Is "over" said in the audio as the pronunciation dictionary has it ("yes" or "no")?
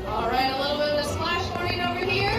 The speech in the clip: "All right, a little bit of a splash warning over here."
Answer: no